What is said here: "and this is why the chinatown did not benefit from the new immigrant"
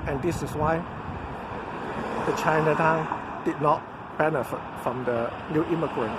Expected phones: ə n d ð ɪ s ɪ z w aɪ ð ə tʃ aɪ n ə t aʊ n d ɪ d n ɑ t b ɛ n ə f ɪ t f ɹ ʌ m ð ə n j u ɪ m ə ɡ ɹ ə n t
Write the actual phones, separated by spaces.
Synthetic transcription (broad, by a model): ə n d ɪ s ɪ s w aɪ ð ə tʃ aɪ n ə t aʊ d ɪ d n ɑ t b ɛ n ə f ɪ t f ɹ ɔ m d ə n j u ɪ m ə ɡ ɹ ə n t